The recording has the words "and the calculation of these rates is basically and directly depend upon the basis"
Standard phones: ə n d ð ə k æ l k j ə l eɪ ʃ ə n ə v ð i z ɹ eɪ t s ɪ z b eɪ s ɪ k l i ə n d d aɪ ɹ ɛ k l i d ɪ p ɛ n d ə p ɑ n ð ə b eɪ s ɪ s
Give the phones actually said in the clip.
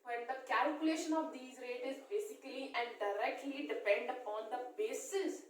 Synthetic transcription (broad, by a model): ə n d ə k æ l k j ə l eɪ ʃ ə n ə v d i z ɹ eɪ t ɪ z b eɪ s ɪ k l i ə n d d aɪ ɹ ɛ k l i d ɪ p ɛ n d ə p ɑ n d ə b eɪ s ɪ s